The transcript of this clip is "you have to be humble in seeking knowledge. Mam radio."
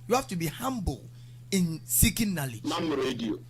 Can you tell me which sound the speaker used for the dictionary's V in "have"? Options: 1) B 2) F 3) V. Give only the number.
2